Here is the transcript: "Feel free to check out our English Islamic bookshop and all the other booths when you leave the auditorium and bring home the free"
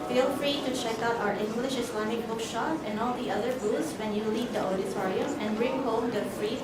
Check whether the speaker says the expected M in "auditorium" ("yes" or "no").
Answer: no